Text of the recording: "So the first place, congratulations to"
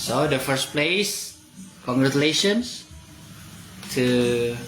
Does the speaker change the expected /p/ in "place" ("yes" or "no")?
no